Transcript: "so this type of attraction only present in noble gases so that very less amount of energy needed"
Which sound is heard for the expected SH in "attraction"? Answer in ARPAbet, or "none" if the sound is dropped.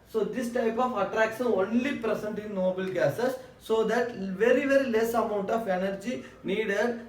S